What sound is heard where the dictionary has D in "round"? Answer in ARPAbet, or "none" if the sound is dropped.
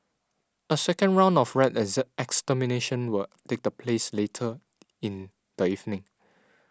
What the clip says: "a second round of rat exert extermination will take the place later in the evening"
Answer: D